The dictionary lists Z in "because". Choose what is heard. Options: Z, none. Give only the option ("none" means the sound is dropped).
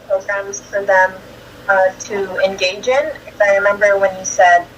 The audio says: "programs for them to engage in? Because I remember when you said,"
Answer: none